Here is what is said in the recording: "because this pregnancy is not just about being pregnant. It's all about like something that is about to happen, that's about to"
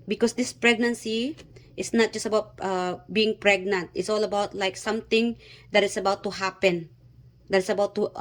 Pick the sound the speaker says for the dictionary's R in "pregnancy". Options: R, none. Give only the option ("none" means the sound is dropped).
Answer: R